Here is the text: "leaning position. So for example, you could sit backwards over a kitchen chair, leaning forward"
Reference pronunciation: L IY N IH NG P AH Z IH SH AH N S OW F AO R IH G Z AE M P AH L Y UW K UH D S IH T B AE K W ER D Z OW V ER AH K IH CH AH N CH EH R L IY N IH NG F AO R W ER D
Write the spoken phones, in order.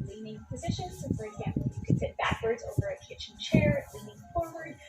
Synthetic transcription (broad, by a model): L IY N IH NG P AH Z IH SH AH N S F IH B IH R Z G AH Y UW K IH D S IH T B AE K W ER D Z OW V ER AH K IH CH N CH EH R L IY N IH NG F AO R W ER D